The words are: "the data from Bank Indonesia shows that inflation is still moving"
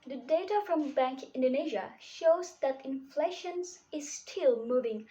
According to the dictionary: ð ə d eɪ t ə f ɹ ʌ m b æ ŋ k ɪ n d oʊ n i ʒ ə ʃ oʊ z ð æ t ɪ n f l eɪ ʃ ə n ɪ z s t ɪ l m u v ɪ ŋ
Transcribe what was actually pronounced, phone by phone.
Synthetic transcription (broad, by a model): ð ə d eɪ t ə f ɹ ʌ m b æ ŋ k ɪ n d oʊ n i ʒ ə ʃ oʊ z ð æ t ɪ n f l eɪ ʃ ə n ɪ z s t ɪ l m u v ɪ ŋ